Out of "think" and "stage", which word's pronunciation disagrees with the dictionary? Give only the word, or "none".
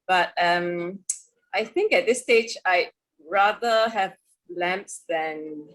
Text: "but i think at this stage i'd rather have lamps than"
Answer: none